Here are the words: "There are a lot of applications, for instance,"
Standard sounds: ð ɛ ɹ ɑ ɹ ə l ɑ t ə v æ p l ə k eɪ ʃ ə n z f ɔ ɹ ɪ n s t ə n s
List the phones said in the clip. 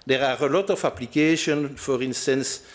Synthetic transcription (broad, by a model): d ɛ ɹ ɑ ɹ ə l ɑ t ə f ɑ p l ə k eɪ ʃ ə n f ɔ ɹ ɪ n s t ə n s